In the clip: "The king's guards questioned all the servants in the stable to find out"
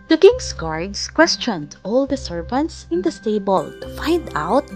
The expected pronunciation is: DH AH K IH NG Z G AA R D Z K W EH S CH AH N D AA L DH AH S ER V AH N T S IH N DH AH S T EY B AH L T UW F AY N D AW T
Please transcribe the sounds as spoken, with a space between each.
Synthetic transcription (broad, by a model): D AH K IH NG S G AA R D S K W EH S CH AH N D AA L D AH S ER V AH N T S IH N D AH S T EY B AH L T UW F AY N D AW T